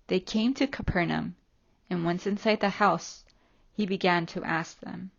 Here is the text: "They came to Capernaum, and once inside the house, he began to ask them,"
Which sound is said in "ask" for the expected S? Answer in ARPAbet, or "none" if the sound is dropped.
S